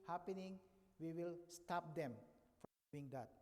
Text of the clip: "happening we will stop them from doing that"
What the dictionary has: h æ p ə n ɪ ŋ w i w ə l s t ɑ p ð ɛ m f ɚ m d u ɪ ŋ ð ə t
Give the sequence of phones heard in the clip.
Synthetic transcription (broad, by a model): h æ p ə n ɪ ŋ w i w ə l s t ɑ p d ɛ m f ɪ ŋ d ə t